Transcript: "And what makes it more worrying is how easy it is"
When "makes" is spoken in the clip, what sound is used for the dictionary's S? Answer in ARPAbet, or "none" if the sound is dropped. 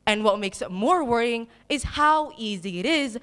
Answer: S